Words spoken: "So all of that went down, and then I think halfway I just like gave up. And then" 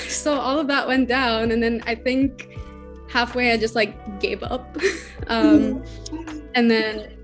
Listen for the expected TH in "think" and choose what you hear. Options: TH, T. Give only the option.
TH